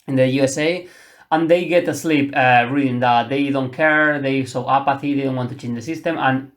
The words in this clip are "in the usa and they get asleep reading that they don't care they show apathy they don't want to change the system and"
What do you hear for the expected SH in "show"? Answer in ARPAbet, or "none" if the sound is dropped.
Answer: S